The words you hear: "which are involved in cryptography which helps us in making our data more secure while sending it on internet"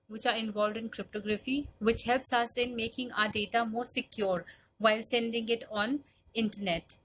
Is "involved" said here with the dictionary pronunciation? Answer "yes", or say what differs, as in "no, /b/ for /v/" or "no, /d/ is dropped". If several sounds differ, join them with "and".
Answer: yes